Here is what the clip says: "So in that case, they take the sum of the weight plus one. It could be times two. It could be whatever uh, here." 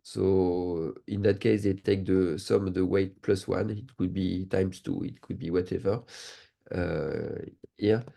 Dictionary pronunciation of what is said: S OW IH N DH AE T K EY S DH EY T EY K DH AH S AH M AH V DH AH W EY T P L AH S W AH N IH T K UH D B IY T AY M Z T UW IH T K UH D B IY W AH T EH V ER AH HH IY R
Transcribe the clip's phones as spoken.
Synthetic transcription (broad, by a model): S OW IH N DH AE T K EY S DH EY T EY K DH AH S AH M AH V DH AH W EY T P L AH S W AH N IH T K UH D B IY T AY M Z T UW IH T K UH D B IY W AH T EH V ER AH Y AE